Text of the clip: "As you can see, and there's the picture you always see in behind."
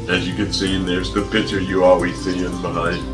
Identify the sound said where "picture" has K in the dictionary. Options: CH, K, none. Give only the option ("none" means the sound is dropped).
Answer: none